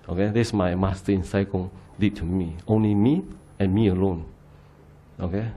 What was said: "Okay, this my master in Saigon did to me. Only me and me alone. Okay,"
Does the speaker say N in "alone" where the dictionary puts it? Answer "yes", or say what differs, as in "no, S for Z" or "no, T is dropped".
yes